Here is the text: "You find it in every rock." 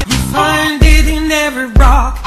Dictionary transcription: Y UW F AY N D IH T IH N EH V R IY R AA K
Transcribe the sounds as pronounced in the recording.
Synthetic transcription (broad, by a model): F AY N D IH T IH N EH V IY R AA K